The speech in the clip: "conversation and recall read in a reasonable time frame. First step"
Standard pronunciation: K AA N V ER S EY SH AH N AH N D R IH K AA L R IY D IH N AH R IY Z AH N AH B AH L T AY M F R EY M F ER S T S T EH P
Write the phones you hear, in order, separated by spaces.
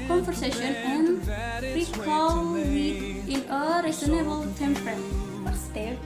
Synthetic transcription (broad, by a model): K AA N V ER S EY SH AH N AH N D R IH K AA L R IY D IH N AH R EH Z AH N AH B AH L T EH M P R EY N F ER T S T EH